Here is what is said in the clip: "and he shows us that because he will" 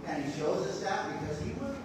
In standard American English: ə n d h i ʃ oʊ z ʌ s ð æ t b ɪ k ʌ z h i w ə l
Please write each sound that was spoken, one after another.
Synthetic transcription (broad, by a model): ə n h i ʃ oʊ z ʌ s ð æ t b ɪ k ʌ z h i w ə